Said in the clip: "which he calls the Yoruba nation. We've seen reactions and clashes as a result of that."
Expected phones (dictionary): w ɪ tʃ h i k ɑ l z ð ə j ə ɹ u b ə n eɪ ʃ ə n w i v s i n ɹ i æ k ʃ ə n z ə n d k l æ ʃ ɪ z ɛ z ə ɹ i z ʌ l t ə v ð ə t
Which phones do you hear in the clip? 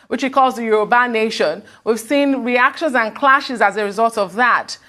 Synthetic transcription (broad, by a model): w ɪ tʃ h i k ɑ l z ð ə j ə ɹ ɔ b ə n eɪ ʃ ə n w i v s i n ɹ i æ k ʃ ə n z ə n k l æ ʃ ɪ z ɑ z ə ɹ i z ʌ l t ə v ð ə t